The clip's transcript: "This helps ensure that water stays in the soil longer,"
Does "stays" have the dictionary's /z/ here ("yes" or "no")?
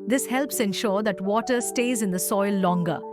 yes